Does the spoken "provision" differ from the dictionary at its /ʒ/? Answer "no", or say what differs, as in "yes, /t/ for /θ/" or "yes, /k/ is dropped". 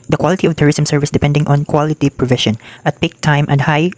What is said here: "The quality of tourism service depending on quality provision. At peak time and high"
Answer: yes, /ʃ/ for /ʒ/